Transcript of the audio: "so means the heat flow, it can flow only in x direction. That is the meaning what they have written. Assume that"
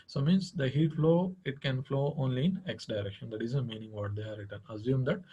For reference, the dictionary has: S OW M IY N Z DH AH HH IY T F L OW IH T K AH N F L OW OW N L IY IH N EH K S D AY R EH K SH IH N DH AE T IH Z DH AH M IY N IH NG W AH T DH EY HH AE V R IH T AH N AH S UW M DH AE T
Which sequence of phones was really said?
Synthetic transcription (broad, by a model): S OW M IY N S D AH HH IY T F L OW IH T K AH N F L OW OW N L IY IH N EH K S D AY R EH K SH IH N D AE T IH Z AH M IY N IH NG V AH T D EY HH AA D R IH T AH N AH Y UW M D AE T